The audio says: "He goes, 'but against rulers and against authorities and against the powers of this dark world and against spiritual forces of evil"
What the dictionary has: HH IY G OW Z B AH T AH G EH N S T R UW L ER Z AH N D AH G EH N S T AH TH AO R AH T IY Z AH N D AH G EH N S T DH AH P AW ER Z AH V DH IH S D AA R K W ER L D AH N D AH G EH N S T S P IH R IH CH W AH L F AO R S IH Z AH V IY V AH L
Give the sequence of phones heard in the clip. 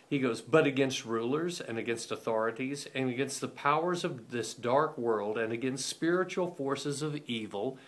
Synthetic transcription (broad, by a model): HH IY G OW Z B AH T AH G EH N S T R UW L ER Z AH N AH G EH N S T AH TH AO R AH T IY Z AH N AH G EH N S T DH AH P AW ER Z AH V DH IH S D AA R K W ER L D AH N AH G EH N S T S P IH R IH CH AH L F AO R S IH Z AH V IY V L